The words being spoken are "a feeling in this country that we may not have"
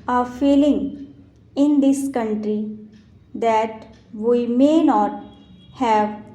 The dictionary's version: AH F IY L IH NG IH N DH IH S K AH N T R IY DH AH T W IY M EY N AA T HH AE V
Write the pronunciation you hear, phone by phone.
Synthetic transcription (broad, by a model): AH F IY L IH NG IH N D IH S K AH N T R IY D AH T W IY M EY N AA T HH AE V